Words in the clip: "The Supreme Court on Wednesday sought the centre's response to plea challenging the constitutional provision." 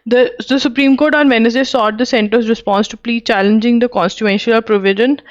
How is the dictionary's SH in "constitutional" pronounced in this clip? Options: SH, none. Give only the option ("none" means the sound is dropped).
none